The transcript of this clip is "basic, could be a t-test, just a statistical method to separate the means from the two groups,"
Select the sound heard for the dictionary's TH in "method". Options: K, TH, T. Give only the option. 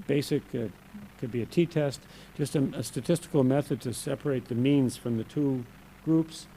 TH